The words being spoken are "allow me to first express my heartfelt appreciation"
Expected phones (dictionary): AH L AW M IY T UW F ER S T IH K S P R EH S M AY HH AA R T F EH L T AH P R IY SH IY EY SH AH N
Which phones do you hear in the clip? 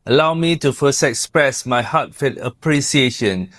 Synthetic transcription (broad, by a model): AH L AW M IY T UW F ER S T IH K S P R EH S M AY HH AA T F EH T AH P R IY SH IY EY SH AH N